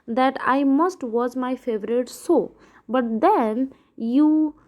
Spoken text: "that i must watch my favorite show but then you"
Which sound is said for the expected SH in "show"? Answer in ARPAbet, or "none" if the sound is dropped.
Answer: S